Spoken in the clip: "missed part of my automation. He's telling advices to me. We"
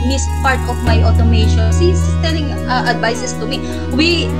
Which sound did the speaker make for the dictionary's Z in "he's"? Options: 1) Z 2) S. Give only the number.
2